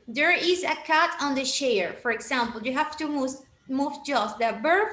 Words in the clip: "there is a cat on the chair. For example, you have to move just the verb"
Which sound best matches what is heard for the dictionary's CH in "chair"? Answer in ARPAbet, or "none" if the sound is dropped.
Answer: SH